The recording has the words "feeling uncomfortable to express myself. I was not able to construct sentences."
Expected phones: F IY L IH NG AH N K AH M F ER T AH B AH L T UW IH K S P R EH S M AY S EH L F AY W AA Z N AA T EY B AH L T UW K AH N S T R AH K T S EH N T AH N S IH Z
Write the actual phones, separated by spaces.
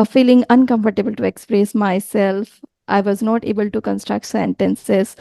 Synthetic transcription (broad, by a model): F IY L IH NG AH N K AH M F ER T AH B AH L T UW IH K S P R EH S M AY S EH L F AY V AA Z N AA T EY B AH L T UW K AH N S T R AH K T S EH N T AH N S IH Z